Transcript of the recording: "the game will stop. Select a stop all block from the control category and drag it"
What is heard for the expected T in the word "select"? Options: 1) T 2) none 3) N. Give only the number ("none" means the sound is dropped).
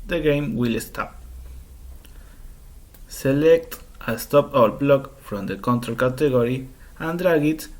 1